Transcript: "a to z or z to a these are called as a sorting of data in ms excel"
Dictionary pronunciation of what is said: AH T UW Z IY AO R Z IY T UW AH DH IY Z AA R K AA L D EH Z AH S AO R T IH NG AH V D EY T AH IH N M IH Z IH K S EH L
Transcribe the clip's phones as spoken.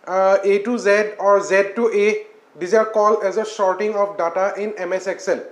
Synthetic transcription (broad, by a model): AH T UW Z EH AO R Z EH T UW AH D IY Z AA R K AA L EH Z AH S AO R T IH NG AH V D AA T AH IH N M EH S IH K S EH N